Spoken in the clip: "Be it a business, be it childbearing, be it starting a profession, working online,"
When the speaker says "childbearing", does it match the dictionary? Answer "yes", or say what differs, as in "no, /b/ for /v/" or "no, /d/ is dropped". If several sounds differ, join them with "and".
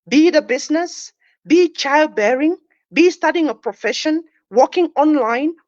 yes